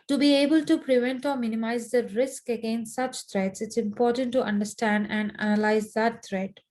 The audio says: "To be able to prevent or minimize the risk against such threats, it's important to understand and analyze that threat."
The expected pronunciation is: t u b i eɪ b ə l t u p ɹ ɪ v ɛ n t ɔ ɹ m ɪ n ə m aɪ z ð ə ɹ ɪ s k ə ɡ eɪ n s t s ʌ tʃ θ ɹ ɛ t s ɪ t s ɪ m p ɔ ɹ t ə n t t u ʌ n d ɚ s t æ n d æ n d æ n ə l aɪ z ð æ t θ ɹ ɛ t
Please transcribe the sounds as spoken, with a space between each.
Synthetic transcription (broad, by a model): t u b i eɪ b ə l t u p ɹ ɪ v ɛ n t ɔ ɹ m ɪ n ə m aɪ z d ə ɹ ɪ s k ə ɡ eɪ n s t s ʌ tʃ t ɹ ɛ t s ɪ t s ɪ m p ɔ ɹ t ə n t t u ʌ n d ɚ s t æ n d æ n d æ n ə l aɪ z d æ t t ɹ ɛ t